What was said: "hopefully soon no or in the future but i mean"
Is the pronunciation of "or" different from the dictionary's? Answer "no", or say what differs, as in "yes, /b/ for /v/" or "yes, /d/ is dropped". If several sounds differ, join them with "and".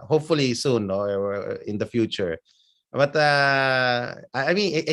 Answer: yes, /w/ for /ɹ/